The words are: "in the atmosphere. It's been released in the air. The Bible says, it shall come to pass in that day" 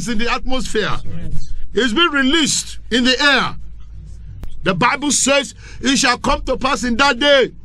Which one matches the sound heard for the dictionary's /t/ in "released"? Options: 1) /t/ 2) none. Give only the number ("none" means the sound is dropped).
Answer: 1